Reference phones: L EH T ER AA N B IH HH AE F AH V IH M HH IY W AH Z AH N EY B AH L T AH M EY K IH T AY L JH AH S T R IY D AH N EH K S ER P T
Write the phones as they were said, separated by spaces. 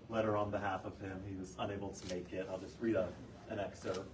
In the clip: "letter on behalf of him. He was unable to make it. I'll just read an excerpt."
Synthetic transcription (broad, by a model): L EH T ER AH N B IH HH AE F AH V IH M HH IY W AH Z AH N EY B L T AH M EY K IH T AY L JH AH S T R IY D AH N EH K S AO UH